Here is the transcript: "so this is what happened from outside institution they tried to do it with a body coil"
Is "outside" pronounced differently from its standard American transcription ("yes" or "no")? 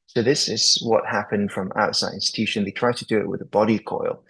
no